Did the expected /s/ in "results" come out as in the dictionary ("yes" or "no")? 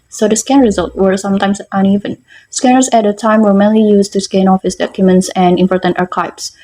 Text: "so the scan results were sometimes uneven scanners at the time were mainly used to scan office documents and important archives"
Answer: no